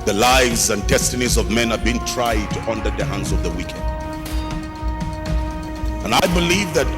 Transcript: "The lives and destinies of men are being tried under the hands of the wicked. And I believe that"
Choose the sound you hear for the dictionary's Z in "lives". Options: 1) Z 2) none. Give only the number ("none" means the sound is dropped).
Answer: 1